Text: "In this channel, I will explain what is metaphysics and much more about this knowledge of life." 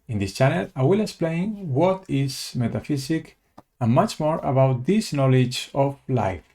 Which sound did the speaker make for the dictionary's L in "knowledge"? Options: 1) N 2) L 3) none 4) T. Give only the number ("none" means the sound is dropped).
2